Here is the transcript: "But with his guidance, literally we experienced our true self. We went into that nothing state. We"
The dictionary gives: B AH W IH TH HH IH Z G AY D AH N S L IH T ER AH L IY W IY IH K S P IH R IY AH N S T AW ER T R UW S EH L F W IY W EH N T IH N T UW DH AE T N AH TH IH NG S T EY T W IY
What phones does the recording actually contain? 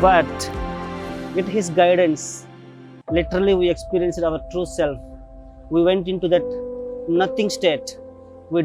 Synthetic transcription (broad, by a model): B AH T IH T HH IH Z G AY D AH N S L IH T ER AH L IY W IY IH K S P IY R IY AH N S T AW ER T R UW S EH L F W IY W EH N T IH N T UW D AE T N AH T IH NG S T EY T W IY